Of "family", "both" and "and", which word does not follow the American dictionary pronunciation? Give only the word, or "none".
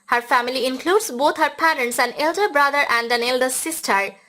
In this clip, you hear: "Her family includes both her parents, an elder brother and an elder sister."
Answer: both